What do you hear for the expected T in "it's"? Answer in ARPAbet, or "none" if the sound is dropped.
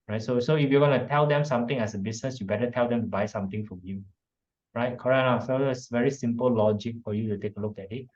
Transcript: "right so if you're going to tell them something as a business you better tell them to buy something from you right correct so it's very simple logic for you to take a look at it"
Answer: S